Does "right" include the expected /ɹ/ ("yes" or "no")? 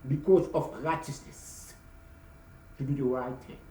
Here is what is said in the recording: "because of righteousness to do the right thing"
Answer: yes